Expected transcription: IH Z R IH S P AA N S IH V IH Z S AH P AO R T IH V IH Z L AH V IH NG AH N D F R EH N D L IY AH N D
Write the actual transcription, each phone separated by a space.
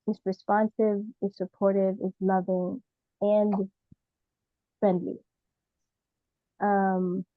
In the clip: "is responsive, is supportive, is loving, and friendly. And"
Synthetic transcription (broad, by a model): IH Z R IH S P AA N S IH V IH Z S AH P AO R T IH V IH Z L AH V IH NG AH N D F R EH N D L IY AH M